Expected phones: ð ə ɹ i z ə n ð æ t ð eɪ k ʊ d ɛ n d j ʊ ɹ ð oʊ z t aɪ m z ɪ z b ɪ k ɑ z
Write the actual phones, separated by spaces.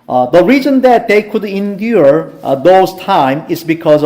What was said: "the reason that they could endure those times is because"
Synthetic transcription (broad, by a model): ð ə ɹ i z ə n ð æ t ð eɪ k ʊ d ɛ n d j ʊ ɹ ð oʊ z t aɪ m ɪ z b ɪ k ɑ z